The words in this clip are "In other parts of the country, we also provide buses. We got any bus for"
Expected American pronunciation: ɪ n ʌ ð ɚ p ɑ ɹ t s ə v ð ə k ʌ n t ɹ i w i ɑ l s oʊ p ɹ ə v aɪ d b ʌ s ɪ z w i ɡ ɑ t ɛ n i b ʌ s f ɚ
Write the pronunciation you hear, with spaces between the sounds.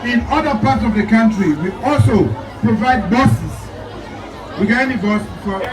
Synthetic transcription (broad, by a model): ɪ n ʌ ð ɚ p ɑ t s ə v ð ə k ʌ n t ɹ i w i ɑ l s oʊ p ɹ ə v aɪ d b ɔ s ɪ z w i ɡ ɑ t ɛ n i b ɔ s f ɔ